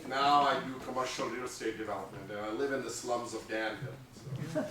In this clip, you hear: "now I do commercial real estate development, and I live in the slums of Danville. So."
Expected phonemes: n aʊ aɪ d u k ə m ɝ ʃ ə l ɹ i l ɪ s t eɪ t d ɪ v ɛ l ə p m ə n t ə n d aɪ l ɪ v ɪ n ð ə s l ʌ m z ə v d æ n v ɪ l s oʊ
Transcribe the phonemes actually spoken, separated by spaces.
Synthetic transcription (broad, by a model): n aʊ aɪ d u k ə m ɝ ʃ ə l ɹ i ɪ s t eɪ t d ɪ v ɛ l ə p m ə n t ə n aɪ l ɪ v ɪ n ð ə s l ʌ m z ə v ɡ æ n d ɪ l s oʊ